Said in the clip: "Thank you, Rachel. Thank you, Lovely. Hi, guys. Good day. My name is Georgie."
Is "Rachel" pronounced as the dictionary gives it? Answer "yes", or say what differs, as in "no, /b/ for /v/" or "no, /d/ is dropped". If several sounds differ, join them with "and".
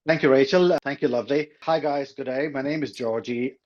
yes